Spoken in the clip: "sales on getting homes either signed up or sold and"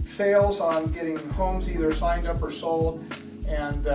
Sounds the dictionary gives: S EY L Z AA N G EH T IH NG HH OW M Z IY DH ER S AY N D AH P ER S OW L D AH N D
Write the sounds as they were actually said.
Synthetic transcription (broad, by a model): S EY L Z N G EH T IH NG HH OW M Z IY DH ER S AY N D AH P ER S OW L AH N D